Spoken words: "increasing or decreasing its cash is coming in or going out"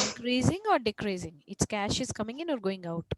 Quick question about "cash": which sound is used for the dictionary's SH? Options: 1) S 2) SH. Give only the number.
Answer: 2